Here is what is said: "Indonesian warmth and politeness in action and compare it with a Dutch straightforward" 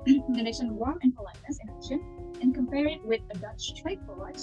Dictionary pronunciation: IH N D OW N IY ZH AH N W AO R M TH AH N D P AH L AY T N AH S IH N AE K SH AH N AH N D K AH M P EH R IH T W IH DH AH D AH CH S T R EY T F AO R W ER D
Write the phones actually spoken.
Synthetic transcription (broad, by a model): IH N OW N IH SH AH N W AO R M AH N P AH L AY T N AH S IH N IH SH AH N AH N K AH M P EH R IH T W IH DH AH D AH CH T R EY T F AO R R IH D